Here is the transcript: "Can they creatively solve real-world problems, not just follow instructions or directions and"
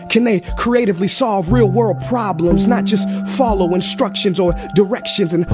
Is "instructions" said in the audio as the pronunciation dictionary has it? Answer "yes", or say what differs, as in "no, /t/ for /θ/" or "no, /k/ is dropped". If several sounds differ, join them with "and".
yes